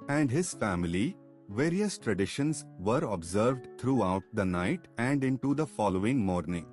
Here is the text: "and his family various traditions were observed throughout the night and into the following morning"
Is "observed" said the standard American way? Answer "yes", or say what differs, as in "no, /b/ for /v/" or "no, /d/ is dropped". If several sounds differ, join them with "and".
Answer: yes